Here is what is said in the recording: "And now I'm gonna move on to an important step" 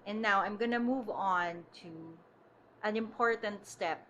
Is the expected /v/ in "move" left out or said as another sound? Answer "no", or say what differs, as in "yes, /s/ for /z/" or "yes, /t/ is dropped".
no